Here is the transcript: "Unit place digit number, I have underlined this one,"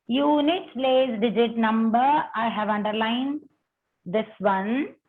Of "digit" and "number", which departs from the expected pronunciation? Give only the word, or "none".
none